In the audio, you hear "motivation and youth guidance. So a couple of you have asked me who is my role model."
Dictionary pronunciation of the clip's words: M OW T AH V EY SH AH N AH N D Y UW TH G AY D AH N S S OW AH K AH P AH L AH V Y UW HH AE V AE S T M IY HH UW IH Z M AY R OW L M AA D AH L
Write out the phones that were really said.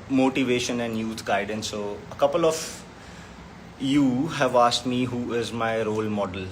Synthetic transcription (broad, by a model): M OW T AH V EY SH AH N AH N D Y UW T G AY D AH N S S OW AH K AH P AH L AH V Y UW HH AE V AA S T M IY HH UW IH Z M AY R OW L M AA D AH L